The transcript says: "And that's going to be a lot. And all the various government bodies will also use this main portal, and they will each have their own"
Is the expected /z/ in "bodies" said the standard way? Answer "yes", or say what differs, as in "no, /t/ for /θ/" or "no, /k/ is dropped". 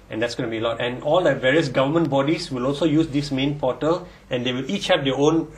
no, /s/ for /z/